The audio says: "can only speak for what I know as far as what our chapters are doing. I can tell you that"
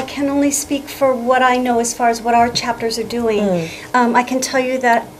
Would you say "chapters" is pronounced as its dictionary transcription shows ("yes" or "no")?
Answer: yes